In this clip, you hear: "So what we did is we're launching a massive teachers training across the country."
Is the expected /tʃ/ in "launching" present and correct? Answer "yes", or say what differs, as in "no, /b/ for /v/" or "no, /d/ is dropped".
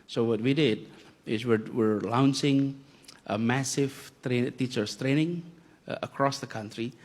no, /s/ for /tʃ/